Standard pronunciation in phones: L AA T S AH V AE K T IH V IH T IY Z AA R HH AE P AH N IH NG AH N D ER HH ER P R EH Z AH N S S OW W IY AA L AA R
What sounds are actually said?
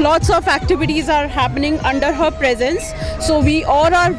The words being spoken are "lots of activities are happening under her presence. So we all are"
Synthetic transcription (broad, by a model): L AA T S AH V AE K T IH V IH T IY Z AA R HH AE P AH N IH NG AH N D ER HH ER P R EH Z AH N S S OW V IY AA L AA R